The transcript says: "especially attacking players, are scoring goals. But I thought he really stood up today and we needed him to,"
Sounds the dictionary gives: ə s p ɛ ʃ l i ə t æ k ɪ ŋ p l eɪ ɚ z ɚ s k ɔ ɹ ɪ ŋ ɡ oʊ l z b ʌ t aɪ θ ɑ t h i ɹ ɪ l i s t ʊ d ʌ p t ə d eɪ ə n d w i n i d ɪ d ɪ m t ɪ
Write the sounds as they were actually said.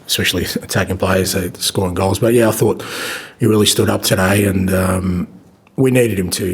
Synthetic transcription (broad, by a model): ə s p ɛ ʃ l i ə t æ k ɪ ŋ p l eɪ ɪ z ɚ s k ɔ ɹ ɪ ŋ ɡ oʊ l z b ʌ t aɪ θ ɑ t h i ɹ ɪ l i s t ʊ d ʌ p t ə d eɪ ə n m w i n i d ɪ d ɪ m t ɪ